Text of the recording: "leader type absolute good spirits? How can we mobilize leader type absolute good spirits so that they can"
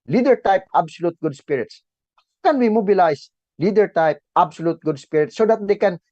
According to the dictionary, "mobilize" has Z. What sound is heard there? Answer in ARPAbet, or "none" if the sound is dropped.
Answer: S